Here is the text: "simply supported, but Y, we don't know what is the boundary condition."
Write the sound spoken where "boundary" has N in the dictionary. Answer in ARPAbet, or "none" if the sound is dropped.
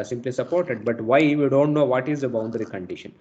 N